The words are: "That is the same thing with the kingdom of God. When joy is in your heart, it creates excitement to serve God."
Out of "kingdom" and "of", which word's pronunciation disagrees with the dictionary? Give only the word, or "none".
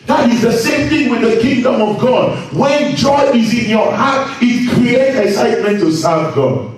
none